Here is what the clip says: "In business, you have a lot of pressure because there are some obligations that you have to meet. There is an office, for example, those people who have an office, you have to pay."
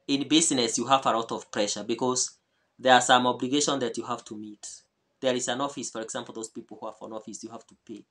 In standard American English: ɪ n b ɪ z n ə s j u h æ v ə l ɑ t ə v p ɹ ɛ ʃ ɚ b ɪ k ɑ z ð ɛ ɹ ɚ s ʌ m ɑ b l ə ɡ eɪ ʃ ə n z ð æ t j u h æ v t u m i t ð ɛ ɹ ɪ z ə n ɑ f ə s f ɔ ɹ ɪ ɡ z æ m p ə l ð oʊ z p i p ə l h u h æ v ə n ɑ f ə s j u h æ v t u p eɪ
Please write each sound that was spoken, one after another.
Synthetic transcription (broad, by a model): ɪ n b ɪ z n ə s j u h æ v ə l ɑ t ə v p ɹ ɛ ʃ ɚ b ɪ k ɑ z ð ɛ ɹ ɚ s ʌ m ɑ b l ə ɡ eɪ ʃ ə n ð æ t j u h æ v t u m i t ð ɛ ɹ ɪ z ə n ɑ f ə s f ɔ ɹ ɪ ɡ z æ m p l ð oʊ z p i p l h u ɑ f ə n ɑ f ə s j u h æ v t u p eɪ